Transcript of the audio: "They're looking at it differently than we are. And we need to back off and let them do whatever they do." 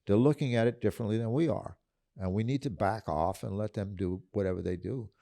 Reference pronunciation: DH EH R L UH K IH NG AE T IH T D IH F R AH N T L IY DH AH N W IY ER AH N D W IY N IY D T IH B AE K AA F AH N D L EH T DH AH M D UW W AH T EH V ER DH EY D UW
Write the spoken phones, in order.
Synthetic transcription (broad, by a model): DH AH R L UH K IH NG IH T IH T D IH F R AH N T L IY DH AH N W IY ER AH N W IY N IY D T IH B AE K AA F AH N L EH T DH AH M D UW W AH T EH V ER DH EY D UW